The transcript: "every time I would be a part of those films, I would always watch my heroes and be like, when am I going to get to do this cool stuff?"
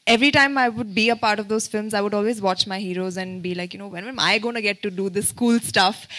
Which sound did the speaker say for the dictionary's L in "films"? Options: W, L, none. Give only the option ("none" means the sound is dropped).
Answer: L